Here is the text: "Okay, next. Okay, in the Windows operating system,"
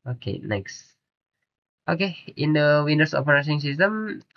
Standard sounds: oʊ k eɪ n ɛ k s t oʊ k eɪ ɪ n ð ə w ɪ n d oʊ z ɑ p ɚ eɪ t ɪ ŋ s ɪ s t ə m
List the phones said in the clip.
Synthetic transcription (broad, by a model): oʊ k eɪ n ɛ k s t oʊ k eɪ ɪ n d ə w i n d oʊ s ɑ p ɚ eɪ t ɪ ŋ s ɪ s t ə m